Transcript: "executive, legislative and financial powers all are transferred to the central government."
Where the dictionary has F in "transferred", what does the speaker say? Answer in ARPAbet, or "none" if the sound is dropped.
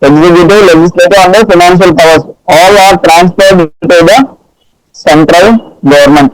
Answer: P